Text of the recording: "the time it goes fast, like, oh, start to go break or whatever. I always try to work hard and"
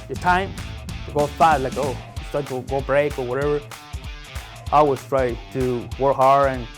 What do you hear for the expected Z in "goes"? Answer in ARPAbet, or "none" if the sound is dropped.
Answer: none